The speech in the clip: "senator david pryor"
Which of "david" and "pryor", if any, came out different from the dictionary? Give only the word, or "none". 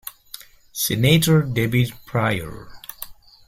david